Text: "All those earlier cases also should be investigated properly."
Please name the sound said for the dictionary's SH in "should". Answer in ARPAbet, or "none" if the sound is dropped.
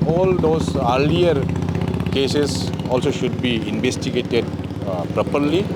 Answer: SH